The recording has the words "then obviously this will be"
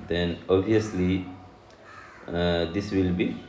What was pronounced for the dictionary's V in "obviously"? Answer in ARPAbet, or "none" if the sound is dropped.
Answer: none